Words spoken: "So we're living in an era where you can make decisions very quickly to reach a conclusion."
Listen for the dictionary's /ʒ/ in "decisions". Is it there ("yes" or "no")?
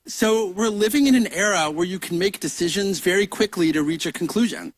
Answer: yes